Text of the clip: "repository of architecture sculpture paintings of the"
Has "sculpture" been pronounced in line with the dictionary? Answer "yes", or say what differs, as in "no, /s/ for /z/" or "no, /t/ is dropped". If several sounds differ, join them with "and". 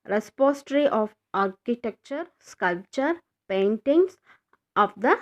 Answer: yes